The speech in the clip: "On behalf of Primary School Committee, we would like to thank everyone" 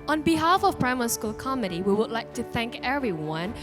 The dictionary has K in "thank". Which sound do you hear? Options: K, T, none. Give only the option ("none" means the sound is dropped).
K